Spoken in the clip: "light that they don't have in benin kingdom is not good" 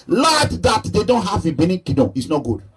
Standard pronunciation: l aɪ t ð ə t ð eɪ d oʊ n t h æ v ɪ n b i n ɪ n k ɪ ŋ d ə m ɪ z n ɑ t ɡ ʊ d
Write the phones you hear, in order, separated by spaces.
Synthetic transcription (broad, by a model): l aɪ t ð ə t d eɪ d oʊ n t h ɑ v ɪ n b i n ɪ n k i d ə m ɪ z n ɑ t ɡ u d